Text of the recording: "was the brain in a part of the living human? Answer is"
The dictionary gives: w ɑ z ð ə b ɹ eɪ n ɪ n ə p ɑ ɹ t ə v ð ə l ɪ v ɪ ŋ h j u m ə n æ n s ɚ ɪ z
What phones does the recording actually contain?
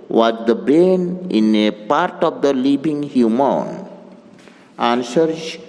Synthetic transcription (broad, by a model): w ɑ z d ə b eɪ n ɪ n ə p ɑ ɹ t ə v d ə l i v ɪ ŋ h j u m ə n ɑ n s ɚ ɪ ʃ